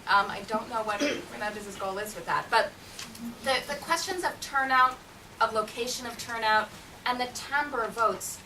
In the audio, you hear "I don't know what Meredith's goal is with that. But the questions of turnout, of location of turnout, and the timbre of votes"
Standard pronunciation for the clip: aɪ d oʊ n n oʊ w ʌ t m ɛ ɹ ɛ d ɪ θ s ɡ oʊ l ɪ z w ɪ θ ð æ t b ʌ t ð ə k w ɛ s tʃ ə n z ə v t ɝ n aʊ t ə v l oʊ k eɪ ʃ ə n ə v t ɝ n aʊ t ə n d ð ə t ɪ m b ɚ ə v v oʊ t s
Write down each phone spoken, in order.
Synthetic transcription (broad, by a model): aɪ d oʊ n n oʊ w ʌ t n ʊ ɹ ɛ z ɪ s ɡ oʊ l ɪ z w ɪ ð æ t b ʌ t ð ə k w ɛ s tʃ ə n z ə v t ɝ n aʊ t ə v l oʊ k eɪ ʃ ə n ə v t ɝ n aʊ t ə n ð ə t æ m b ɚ ə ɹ v oʊ t s